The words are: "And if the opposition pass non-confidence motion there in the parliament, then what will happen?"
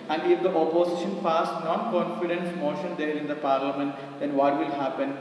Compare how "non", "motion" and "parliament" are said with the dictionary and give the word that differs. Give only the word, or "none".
none